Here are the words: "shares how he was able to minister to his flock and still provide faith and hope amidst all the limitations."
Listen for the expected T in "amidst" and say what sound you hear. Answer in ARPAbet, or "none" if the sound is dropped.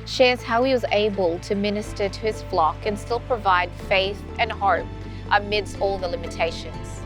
T